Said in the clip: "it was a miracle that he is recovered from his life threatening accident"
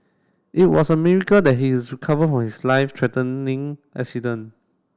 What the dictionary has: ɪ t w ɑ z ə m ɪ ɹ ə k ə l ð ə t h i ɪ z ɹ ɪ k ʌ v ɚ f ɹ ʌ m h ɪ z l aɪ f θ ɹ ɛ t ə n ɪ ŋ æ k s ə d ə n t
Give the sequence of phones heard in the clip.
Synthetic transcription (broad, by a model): ɪ t w ɑ s ə m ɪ ɹ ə k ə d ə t h i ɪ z ɹ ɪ k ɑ v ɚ f ɹ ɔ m h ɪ s l aɪ f t ɹ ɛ t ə n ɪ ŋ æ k s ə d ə n